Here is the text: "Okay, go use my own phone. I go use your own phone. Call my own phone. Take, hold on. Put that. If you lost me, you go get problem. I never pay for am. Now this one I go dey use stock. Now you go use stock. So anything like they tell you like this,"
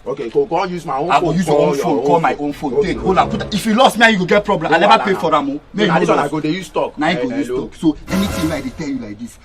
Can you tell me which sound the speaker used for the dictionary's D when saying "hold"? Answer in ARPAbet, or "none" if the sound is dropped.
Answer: none